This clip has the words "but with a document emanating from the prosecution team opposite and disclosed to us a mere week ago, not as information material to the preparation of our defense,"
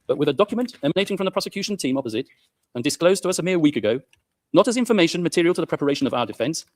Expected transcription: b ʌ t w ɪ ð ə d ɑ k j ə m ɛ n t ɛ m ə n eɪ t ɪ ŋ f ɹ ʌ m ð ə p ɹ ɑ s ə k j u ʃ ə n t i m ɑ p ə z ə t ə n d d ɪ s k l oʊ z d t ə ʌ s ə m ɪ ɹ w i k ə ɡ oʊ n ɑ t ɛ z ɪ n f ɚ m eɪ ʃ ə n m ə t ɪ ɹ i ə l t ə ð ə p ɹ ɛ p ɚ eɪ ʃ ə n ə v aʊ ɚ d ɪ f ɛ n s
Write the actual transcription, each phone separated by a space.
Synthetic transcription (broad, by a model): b ʌ t w ɪ ð ə d ɑ k j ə m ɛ n t ɛ m ə n eɪ t ɪ ŋ f ɹ ʌ m ð ə p ɹ ɑ s ə k j u ʃ ə n t i m ɑ p ə z ə t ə n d d ɪ s k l oʊ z t ə ʌ s ə m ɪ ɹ w i k ə ɡ oʊ n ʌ t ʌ z ɪ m f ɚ m eɪ ʃ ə n m ə t ɪ ɹ i ə l t ə ð ə p ɹ ɛ p ɚ eɪ ʃ ə n ə v aʊ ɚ d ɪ f ɛ n s